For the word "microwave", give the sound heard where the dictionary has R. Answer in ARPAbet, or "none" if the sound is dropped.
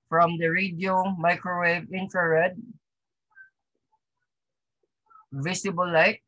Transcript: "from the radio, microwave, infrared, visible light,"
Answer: R